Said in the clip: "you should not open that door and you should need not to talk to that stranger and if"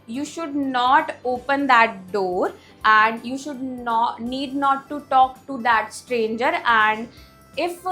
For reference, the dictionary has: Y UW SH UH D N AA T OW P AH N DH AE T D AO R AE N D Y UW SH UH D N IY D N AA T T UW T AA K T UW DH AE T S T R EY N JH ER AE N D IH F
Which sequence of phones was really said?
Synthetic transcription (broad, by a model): Y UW SH UH D N AA T OW P AH N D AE T D AO R AE N D Y UW SH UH D N IY D N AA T T UW T AA K T UW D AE T S T R EY N JH ER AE N D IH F